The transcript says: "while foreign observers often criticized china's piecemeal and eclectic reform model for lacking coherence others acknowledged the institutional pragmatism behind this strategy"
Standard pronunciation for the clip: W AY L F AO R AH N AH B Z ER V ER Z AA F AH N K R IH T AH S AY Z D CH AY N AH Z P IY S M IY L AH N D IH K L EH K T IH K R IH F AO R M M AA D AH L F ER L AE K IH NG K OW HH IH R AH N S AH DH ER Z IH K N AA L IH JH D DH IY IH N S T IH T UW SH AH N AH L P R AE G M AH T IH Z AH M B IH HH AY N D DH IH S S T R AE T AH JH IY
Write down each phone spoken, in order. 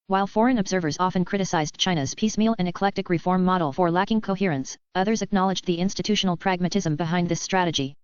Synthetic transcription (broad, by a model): W AY L F AO R AH N AH B Z ER V ER Z AA F AH N K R IH T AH S AY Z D CH AY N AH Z P IY S M IY L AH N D IH K L EH K T IH K R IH F AO R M M AA D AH L F ER L AE K IH NG K OW HH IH R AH N S AH DH ER Z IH K N AA L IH JH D DH IY IH N S T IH T UW SH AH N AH L P R AE G M AH T IH Z AH M B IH HH AY N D DH IH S S T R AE T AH JH IY